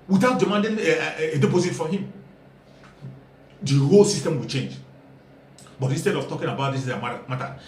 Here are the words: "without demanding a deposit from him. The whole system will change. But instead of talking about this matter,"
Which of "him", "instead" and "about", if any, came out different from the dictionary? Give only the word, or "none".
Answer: none